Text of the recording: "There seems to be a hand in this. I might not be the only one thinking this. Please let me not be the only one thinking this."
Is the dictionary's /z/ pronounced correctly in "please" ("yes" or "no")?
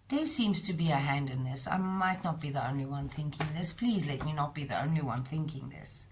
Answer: yes